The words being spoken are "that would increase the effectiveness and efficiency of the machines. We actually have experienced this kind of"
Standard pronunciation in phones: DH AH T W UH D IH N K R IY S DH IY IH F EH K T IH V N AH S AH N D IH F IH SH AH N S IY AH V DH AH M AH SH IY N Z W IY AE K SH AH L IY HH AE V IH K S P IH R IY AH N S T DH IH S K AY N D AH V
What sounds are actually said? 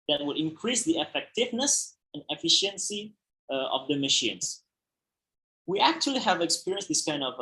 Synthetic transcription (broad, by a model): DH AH T W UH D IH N K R IY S DH IY IH F EH K T IH V N AH S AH N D IH F IH SH AH N S IY AH V DH AH M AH SH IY N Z W IY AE K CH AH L IY HH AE V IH K S P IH R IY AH N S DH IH S K AY N D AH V